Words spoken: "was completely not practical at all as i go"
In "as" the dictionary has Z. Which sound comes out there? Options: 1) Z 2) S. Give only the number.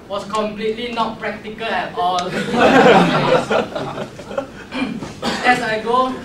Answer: 2